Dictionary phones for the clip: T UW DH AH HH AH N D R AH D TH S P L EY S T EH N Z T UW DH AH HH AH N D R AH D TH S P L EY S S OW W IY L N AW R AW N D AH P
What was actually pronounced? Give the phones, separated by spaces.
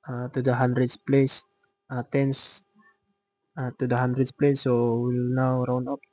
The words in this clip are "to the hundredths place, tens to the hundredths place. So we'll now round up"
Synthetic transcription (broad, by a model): T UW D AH HH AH N D R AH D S P L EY S T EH N S T UW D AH HH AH N D R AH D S P L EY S S OW W IY L N AW R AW N AH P